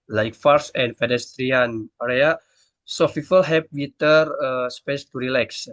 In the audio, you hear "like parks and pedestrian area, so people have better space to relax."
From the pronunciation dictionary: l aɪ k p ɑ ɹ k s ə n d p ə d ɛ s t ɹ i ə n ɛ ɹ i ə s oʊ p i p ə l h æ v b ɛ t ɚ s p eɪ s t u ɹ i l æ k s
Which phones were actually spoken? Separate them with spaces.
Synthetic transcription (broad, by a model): l aɪ k f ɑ ɹ s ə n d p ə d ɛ s t ɹ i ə n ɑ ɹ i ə s oʊ f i f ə l h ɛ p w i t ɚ s p eɪ s t u ɹ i l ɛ k s